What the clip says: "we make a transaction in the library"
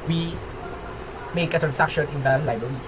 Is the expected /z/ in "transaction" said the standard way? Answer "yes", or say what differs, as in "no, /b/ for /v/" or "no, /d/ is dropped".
no, /s/ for /z/